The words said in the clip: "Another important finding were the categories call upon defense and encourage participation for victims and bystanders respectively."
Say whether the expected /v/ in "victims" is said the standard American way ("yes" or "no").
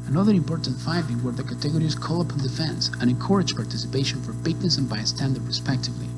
no